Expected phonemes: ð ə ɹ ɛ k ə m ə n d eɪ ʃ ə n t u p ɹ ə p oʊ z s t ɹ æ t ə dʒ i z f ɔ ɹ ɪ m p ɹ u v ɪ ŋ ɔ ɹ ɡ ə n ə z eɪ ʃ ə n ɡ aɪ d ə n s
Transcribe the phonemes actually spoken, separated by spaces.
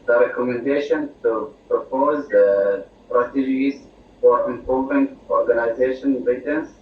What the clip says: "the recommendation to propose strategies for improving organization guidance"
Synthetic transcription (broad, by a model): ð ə ɹ ɛ k ə m ə n d eɪ ʃ ə n t u p ɹ ə p oʊ z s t ɹ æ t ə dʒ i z f ɔ ɹ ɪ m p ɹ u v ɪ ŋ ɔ ɹ ɡ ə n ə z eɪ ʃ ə n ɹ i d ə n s